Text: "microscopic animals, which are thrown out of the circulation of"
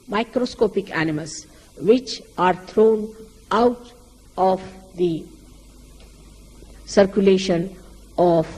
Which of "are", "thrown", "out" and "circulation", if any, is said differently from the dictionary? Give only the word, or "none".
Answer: thrown